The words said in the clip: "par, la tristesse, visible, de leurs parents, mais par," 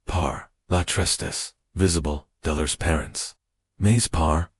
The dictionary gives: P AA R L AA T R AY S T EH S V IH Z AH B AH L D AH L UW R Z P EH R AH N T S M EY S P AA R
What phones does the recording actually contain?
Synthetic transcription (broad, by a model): P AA R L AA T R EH S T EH S V IH Z AH B AH L D AH L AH R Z P EH R AH N T S M EY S P AA R